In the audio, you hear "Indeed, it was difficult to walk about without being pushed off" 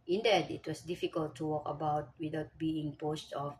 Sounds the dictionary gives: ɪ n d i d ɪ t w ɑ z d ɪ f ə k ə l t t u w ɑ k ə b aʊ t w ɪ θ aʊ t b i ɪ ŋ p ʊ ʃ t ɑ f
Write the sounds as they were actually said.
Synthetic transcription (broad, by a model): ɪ n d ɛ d ɪ t w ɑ s d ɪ f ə k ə l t t u w ɑ k ə b aʊ t w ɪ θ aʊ t b i ɪ ŋ p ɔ s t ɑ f